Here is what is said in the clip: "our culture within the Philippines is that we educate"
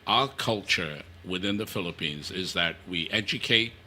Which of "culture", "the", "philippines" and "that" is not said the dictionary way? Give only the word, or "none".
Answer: none